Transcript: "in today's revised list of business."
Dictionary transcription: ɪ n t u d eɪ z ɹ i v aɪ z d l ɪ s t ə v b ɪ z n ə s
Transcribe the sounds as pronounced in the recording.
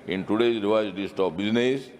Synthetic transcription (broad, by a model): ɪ n t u d eɪ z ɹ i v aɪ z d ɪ s t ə p b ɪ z n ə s